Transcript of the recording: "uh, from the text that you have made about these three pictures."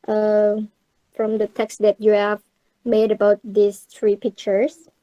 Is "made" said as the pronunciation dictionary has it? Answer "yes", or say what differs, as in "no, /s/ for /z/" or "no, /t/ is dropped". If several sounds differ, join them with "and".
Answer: yes